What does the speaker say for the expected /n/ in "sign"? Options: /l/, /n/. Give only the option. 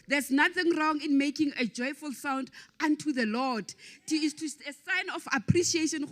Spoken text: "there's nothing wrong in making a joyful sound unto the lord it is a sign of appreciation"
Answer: /n/